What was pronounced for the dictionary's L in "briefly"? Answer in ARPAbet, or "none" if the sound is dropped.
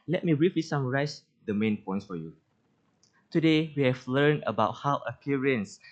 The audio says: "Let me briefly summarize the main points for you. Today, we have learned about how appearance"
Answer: W